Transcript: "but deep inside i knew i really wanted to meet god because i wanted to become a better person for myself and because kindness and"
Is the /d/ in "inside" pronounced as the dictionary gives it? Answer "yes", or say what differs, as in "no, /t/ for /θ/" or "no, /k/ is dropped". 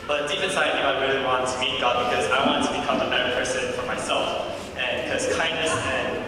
no, /d/ is dropped